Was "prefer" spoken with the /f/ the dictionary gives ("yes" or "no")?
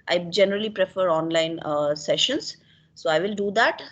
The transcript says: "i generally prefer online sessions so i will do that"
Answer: yes